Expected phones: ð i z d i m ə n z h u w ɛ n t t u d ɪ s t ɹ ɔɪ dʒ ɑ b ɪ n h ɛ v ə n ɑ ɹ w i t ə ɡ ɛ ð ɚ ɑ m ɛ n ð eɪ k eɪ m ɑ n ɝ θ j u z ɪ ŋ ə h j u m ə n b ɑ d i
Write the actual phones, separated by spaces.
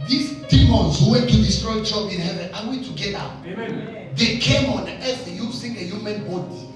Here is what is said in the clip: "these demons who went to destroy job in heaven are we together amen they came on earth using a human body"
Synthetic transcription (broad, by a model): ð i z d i m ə n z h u w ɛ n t t u d ɪ s t ɹ ɔɪ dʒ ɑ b ɪ n h ɛ v ə n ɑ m w i t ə ɡ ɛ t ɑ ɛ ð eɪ k eɪ m ɑ n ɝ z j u s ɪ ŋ ə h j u m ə n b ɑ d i